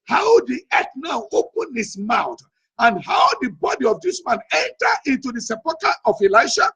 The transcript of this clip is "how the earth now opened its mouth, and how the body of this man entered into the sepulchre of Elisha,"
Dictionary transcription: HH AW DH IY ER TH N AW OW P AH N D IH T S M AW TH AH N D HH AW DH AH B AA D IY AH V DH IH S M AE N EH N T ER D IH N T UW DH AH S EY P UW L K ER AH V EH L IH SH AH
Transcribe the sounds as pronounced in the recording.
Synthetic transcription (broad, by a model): HH AW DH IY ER T N AW OW P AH N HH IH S M AW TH AH N D HH AW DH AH B AA D IY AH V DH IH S M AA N EH N T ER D IH N T UW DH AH S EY P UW K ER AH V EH L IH SH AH